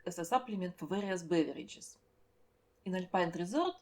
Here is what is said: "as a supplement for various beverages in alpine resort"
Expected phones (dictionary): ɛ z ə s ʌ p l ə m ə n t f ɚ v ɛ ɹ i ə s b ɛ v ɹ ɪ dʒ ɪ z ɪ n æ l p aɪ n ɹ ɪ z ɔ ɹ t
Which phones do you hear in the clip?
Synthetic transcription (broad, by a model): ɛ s ə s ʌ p l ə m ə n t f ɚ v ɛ ɹ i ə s b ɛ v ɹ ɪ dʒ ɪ s ɪ n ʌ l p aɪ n ɹ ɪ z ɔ ɹ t